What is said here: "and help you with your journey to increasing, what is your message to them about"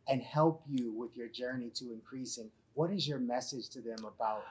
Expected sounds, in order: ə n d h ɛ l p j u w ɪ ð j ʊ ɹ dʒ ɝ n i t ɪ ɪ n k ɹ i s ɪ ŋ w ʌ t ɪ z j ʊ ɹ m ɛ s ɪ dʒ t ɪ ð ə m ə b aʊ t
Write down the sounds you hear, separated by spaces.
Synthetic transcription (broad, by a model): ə n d h ɛ l p j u w ɪ ð j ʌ ɹ dʒ ɝ n i t ɪ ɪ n k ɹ i s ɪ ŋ w ʌ t ɪ z j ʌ ɹ m ɛ s ɪ dʒ t ɪ ð ə m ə b aʊ t